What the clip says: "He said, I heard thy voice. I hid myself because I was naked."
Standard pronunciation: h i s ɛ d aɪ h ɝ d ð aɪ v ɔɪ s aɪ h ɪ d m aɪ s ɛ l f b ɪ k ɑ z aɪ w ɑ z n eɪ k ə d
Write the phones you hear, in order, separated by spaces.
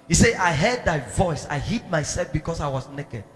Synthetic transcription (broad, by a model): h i s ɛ aɪ h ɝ d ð aɪ v ɔɪ s aɪ h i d m aɪ s ɛ l f b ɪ k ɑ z aɪ w ɑ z n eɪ k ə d